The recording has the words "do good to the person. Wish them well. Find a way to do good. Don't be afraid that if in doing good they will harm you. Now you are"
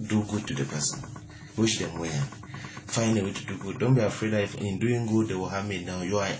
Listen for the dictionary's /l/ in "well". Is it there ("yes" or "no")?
no